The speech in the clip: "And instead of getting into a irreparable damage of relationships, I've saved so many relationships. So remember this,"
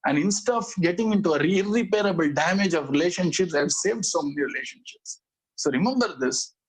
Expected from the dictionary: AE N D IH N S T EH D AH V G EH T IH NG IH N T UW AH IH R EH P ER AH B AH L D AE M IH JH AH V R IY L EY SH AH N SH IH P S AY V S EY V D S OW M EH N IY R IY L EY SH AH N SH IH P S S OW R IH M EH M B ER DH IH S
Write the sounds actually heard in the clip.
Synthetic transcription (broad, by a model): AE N D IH N S T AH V G EH T IH NG IH N T UW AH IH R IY P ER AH B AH L D AE M IH JH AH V R IY L EY SH AH N SH IH P S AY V S EY V D S OW M EH N IY R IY L EY SH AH N SH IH P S S OW R IH M EH M B ER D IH S